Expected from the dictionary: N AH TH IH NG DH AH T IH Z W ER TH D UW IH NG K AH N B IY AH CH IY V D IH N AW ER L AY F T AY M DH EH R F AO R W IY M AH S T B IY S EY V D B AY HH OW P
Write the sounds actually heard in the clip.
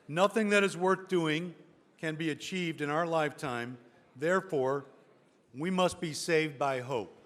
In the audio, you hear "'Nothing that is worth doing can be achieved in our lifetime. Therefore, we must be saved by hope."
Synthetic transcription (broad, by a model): N AH TH IH NG DH AH T IH Z W ER TH D UW IH NG K AH N B IY AH CH IY V D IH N AW ER L AY F T AY M DH EH R F AO R W IY M AH S T B IY S EY V D B AY HH OW P